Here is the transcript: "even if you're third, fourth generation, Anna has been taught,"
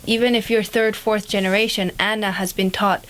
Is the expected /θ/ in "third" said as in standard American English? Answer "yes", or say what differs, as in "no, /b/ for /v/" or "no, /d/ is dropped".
yes